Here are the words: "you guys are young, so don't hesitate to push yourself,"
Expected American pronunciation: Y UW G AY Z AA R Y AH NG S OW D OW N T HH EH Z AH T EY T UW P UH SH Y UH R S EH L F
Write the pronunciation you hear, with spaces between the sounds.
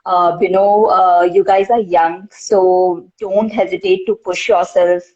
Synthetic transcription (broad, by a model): Y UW G AY Z AA R Y AH NG S OW D OW N T HH EH Z AH T EY T UW P UH SH Y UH R S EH L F